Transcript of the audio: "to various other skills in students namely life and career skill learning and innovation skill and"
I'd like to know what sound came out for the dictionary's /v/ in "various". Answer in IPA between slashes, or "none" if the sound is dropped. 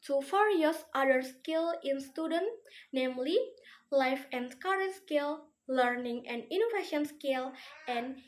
/f/